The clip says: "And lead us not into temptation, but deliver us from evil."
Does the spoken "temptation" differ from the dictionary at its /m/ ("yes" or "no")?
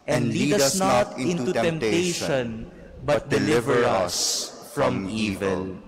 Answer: no